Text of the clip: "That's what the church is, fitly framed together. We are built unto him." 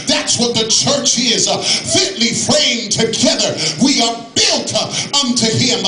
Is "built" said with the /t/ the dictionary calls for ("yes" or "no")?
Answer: yes